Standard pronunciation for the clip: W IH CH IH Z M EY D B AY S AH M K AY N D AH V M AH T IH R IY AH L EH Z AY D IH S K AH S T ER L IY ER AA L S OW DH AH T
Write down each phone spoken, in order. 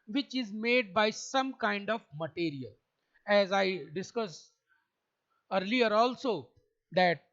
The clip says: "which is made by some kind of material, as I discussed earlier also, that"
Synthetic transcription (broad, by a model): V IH CH IH Z M EY D B AY S AH M K AY N D AH V M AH T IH R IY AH L EH Z AY D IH S K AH S ER L IY ER AA L S OW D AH T